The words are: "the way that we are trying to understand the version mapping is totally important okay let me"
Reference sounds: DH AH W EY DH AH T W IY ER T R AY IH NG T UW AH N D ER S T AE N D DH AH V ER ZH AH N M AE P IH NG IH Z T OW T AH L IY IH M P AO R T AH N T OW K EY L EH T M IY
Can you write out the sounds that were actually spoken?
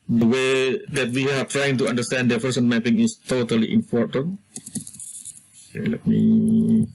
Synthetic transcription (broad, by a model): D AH W EY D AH T W IY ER T R AY IH NG T UW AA N D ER S T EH N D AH P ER S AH N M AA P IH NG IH S T OW T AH L IY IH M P AO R T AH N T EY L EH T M IY